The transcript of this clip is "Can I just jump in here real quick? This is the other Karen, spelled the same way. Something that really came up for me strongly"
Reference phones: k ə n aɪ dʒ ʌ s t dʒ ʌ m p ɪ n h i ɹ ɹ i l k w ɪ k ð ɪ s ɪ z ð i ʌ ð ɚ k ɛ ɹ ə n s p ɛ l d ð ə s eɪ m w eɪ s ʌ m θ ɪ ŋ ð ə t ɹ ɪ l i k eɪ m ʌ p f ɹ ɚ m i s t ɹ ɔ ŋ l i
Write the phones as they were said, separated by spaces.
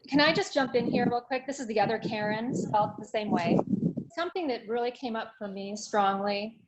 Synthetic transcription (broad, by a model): k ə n aɪ dʒ ʌ s dʒ ʌ m p ɪ n h i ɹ ɹ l k w ɪ k ð ɪ s ɪ z ð i ʌ ð ɚ k ɛ ɹ ə n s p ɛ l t ð ə s eɪ m w eɪ s ʌ m θ ɪ ŋ ð ə t ɹ ɪ l i k eɪ m ʌ p f ɹ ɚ m i s t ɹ ɔ ŋ l i